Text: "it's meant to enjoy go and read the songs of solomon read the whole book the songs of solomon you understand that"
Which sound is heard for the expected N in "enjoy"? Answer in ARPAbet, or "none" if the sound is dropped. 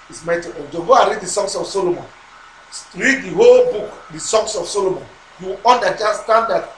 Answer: none